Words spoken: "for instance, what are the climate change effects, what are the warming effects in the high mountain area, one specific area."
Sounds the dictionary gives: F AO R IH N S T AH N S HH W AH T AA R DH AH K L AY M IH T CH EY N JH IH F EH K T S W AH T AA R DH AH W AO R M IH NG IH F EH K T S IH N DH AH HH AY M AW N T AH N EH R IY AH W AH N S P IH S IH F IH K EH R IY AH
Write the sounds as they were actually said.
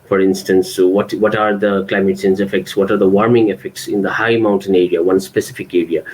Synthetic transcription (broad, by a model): F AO R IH N S T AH N S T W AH T AA R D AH K L AY M IH T S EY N Z IH F EH K T S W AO T AA R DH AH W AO R M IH NG IH F EH K T S IH N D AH HH AY M AW N T AH N EH R IY AH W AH N S P IH S IH F IH K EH R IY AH